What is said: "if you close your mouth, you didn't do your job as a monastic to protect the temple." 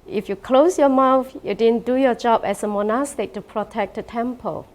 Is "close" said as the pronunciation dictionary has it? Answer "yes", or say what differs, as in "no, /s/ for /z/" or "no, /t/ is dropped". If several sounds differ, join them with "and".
yes